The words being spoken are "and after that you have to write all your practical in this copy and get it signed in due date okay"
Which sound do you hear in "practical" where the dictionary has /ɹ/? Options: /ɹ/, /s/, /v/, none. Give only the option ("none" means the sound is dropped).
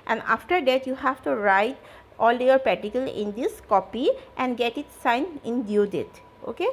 none